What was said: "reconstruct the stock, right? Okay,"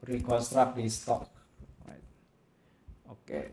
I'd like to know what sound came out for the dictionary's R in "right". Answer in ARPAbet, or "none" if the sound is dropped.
W